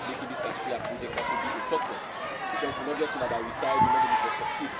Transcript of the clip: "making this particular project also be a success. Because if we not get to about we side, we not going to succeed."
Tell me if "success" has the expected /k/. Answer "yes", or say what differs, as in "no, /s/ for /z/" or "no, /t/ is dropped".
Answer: yes